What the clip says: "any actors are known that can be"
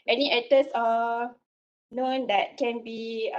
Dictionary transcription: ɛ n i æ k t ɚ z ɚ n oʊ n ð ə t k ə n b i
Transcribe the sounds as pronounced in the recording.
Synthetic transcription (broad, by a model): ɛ n i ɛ t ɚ s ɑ n oʊ n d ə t k ə n b i